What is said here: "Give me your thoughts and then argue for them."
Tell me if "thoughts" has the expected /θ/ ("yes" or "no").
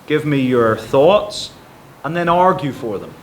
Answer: yes